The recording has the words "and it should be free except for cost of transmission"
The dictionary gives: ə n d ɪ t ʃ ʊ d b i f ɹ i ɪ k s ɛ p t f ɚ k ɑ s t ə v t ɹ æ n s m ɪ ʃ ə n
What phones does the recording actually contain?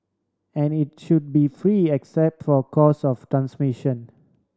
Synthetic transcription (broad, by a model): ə n ɪ t ʃ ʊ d b i f ɹ i ɪ k s ɛ p t f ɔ k ɑ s ə f t ɹ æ n s m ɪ ʃ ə n